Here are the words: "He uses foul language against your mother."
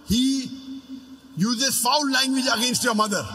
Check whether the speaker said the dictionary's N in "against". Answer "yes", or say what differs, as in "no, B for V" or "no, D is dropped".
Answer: yes